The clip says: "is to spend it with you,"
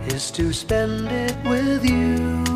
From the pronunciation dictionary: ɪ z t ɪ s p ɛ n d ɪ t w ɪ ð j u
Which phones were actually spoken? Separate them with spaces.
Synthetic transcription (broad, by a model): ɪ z t ɪ s p ɛ n d ɪ t w ɪ ð j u